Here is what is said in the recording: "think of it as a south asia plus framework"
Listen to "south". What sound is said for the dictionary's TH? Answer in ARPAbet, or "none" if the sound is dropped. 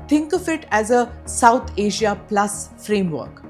T